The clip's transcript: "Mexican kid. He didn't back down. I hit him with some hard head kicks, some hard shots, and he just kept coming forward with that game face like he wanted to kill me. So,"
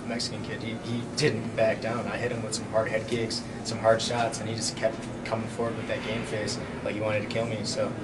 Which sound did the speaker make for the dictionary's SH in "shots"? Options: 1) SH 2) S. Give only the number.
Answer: 1